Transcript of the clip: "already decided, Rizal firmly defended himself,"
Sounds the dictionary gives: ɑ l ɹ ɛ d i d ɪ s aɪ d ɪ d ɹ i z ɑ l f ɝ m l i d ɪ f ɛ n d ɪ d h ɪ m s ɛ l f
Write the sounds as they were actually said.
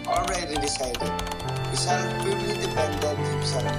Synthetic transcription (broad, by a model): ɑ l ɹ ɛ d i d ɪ s aɪ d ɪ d w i s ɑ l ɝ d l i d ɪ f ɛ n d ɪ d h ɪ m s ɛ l